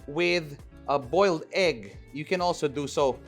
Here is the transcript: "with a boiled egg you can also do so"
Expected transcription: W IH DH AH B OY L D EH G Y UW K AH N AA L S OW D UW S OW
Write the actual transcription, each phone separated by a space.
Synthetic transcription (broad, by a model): W IH DH AH B OY L D EH G Y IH K AH N AA L S OW D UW S OW